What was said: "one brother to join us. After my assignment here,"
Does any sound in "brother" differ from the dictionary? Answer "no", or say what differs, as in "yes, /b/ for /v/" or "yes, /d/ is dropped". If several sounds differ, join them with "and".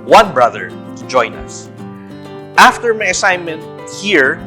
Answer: no